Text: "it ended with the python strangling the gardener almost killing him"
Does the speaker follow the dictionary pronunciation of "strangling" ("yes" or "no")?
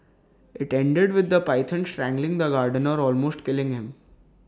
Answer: yes